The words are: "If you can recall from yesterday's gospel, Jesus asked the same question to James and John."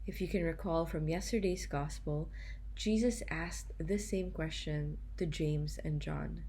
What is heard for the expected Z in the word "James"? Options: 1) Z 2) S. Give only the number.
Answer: 1